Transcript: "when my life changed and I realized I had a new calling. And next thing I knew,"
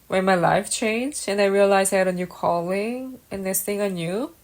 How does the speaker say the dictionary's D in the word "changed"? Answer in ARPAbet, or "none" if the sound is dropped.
none